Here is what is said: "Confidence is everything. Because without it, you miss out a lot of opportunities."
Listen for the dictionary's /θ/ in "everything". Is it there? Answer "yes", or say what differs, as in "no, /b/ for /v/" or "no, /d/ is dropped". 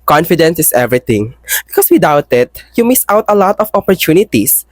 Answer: no, /t/ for /θ/